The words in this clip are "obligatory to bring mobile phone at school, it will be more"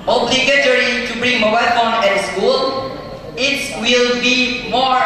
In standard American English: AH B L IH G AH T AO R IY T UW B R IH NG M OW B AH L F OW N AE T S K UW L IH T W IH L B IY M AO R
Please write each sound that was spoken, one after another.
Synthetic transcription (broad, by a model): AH B L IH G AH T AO R IY T UW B R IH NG M OW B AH L F OW N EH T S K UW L IH T W IH L B IY M AO